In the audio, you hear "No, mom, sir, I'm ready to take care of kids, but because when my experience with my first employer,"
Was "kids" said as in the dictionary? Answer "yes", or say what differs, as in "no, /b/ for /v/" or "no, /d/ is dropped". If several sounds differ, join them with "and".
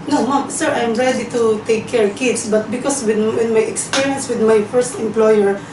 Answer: no, /s/ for /z/